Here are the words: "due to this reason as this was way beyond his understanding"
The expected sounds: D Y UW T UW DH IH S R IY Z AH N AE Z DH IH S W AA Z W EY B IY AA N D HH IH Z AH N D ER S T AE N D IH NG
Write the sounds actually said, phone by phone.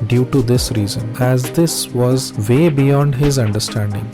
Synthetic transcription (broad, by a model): D Y UW T UW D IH S R IY Z AH N AE Z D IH S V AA Z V EY B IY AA N D HH IH Z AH N D ER S T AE N D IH NG